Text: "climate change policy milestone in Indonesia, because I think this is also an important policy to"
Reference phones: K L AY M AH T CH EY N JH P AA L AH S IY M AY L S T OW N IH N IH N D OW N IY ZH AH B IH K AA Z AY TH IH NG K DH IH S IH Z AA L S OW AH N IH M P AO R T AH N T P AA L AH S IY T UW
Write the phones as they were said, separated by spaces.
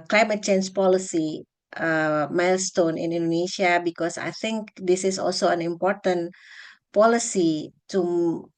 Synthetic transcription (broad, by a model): K L AY M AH T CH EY N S P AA L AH S IY M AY L S T OW N IH N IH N D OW N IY SH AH B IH K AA S AY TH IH NG K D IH S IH S AA L S OW AH N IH M P AO R T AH N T P AA L AH S IY T UW